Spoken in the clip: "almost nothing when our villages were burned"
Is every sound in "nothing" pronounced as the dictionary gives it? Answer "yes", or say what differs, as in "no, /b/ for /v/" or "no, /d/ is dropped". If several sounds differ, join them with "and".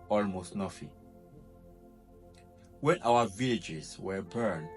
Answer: no, /f/ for /θ/